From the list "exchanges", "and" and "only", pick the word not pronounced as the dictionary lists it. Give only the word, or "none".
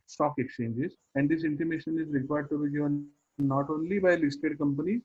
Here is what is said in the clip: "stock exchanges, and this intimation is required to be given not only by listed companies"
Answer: none